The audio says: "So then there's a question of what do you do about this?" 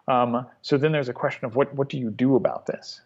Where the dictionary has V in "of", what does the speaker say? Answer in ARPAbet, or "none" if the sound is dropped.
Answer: V